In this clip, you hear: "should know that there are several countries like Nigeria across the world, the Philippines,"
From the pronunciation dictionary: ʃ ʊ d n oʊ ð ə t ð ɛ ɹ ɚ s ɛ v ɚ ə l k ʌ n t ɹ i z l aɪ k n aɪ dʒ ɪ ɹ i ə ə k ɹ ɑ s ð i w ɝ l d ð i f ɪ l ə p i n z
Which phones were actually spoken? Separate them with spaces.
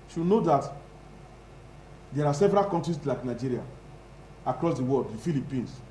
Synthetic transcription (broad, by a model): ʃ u n oʊ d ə t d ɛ ɹ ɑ s ɛ v ɚ ə l k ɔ n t ɹ i s l aɪ k n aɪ dʒ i ɹ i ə ə k ɹ ɑ s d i w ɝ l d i f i l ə p i n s